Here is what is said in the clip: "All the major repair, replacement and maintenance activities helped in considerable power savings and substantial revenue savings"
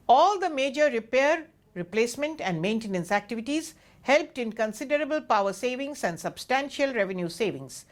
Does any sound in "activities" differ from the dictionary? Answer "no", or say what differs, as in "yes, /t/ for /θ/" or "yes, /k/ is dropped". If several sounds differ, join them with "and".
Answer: no